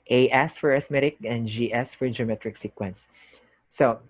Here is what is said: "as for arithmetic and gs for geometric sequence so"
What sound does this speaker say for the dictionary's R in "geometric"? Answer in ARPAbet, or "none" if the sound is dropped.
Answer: R